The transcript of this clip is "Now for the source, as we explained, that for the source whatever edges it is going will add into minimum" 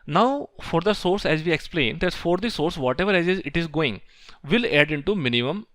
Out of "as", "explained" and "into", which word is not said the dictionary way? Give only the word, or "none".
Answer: none